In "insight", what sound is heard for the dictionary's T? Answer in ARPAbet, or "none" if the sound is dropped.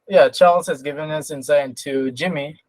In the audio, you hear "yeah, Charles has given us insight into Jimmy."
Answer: none